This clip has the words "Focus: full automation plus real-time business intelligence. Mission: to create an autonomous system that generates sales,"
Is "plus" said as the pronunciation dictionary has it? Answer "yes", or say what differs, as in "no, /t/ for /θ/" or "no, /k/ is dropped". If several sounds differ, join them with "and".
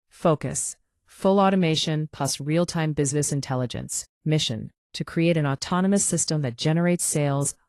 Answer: no, /l/ is dropped